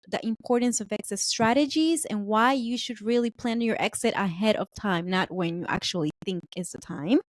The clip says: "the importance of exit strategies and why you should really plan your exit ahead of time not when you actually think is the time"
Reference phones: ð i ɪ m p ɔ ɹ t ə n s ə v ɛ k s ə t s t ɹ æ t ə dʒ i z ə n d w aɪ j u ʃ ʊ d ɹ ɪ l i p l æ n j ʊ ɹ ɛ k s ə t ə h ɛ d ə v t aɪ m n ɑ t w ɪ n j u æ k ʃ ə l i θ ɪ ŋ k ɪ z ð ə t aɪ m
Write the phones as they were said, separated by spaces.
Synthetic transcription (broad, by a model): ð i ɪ m p ɔ ɹ t n s ə v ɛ k s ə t s t ɹ æ t ə dʒ i z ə n w aɪ j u ʃ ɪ d ɹ ɪ l i p l æ n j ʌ ɹ ɛ k s ə t ə h ɛ d ə v t aɪ m n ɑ t w ɪ n j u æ k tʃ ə l i θ ɪ ŋ k ɪ z ð ə t aɪ m